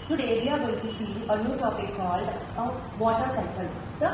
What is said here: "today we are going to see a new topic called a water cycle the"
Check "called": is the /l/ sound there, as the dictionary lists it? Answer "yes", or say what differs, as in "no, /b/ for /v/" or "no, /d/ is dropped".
yes